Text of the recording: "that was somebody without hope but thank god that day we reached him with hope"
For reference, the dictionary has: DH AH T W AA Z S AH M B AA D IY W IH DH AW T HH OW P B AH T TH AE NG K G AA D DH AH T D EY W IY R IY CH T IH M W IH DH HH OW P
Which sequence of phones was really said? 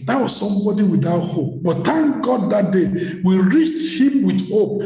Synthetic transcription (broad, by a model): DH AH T W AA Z S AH M B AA D IY W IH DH AW T HH OW P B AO T T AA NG G AA D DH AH T D EY W IY R IY CH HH IH M W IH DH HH OW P